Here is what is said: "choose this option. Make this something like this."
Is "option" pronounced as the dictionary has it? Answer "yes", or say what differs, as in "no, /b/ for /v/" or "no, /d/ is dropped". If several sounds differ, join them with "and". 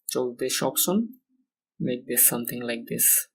no, /s/ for /ʃ/